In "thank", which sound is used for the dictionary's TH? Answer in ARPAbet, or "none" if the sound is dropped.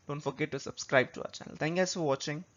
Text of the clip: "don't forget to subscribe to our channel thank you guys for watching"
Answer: T